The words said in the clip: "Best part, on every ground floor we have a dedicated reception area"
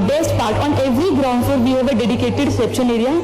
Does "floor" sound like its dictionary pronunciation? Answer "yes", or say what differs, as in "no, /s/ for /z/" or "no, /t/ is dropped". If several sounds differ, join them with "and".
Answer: no, /l/ is dropped